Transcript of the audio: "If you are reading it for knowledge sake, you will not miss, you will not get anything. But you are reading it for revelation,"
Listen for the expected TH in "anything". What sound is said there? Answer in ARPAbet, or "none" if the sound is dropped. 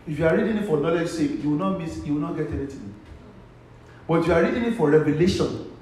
T